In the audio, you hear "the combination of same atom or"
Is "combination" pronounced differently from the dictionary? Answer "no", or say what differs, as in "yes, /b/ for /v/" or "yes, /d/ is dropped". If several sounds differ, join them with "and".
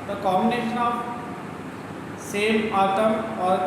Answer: yes, /b/ is dropped